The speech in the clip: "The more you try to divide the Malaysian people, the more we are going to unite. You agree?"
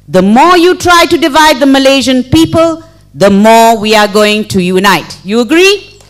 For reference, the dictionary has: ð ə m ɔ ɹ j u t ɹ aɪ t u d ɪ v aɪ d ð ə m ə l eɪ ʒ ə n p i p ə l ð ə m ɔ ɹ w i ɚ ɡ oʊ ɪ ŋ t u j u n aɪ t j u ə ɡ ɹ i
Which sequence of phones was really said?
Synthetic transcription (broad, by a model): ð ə m ɔ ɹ j u t ɹ aɪ t u d ɪ v aɪ d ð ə m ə l eɪ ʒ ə n p i p ə l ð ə m ɔ ɹ w i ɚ ɡ oʊ ɪ ŋ t u j u n aɪ t j u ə ɡ ɹ i